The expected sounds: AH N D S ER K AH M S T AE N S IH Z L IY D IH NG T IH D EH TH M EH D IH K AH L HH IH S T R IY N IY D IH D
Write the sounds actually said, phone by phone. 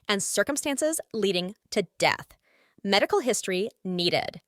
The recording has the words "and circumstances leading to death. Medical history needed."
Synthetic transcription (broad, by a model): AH N S ER K AH M S T AE N S IH Z L IY D IH NG T IH D EH TH M EH D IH K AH L HH IH S T R IY N IY D IH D